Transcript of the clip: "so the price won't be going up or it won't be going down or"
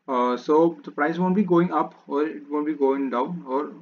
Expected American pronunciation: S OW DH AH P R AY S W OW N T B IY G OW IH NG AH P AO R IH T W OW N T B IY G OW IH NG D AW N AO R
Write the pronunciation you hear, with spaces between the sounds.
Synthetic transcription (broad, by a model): S OW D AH P R AY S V OW N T B IY G OW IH NG AH P AO R IH T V OW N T B IY G OW IH NG D AW N AO R